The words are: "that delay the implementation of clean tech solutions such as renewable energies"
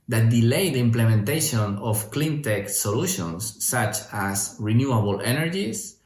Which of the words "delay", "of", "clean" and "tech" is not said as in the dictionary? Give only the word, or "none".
of